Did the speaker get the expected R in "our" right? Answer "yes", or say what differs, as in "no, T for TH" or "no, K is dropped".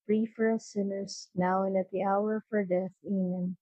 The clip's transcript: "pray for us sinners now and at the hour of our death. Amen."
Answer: yes